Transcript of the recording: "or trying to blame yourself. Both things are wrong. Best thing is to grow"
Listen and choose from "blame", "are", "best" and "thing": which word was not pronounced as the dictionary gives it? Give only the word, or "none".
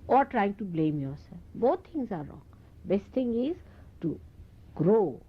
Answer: thing